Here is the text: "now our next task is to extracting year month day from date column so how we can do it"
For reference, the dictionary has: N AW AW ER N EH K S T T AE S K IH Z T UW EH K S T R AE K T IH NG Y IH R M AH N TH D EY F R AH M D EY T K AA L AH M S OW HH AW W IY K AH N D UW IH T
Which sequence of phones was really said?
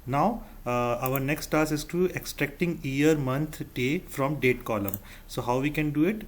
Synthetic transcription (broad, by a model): N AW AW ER N EH K S T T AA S IH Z T UW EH K S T R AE K T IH NG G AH R M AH N T D EY F R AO M D EY T K AA L AH M S OW HH AW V IY K AH N D UW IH T